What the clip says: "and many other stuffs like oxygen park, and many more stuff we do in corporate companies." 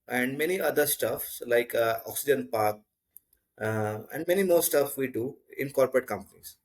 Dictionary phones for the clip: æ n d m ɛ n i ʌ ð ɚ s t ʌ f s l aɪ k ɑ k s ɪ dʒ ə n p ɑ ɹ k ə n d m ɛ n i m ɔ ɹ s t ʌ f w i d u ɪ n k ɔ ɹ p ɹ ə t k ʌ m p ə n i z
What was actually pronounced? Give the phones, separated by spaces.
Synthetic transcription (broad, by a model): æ n d m ɛ n i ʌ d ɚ s t ʌ f s l aɪ k ɑ k s ɪ dʒ ə n p ɑ ɹ k ə n d m ɛ n i m ɔ ɹ s t ʌ f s i d u ɪ n k ɔ ɹ p ɹ ə t k ʌ m p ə n i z